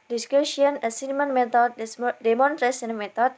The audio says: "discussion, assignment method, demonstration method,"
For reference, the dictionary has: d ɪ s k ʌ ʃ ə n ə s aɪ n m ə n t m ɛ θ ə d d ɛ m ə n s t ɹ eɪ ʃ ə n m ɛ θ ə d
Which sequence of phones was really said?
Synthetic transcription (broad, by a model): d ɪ s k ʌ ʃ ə n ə s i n m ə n m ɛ t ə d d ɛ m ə n t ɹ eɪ s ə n m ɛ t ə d